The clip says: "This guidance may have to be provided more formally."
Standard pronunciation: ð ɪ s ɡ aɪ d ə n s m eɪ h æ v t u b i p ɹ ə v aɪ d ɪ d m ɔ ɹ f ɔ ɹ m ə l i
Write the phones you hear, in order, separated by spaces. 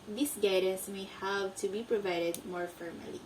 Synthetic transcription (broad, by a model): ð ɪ s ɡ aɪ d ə s m eɪ h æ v t u b i p ɹ ə v aɪ d ɪ d m ɔ ɹ f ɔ ɹ m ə l i